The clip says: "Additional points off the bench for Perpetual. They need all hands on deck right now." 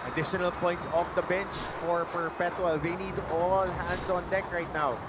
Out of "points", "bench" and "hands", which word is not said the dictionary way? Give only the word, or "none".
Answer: hands